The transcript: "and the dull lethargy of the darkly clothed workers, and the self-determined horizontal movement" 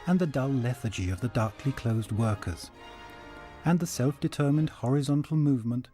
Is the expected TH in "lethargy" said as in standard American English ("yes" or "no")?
yes